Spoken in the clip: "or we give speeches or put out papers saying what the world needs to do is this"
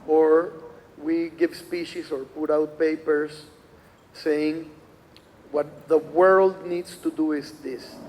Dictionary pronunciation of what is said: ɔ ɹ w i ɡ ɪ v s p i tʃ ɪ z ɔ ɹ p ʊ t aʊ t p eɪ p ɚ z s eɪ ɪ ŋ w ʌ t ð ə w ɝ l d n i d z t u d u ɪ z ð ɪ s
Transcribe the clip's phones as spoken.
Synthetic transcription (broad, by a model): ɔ ɹ w i ɡ ɪ v s p i ʃ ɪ s ɔ ɹ p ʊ t aʊ t p eɪ p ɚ s eɪ ɪ ŋ w ʌ t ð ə w ɝ l d n i d s t u d u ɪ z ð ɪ s